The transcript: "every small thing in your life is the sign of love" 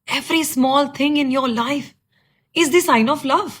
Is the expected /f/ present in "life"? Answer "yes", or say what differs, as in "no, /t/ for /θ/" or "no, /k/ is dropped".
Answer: yes